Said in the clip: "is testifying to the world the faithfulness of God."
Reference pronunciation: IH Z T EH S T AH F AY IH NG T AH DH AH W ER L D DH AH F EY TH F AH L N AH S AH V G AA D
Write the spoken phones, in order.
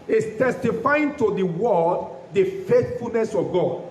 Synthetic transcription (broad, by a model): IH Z T EH S T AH F AY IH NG T AH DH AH W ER D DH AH F EY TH F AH L N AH S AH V G AA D